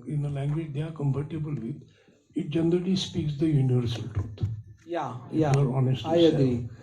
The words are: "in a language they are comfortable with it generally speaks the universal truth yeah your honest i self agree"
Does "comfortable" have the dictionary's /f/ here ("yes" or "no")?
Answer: no